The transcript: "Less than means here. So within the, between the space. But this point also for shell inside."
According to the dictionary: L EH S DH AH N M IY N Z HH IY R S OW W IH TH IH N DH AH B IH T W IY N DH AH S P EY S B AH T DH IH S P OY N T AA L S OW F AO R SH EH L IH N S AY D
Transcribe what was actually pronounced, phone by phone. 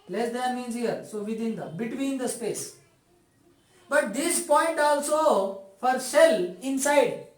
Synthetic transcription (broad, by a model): L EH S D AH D M IY N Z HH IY R S OW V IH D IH N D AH B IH T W IY N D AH S P EY S B AH T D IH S P OY N T AA L S OW F AO R S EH L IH N S AY D